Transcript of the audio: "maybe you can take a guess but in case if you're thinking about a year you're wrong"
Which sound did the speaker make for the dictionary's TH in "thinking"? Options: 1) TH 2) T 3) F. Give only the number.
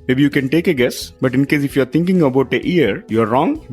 2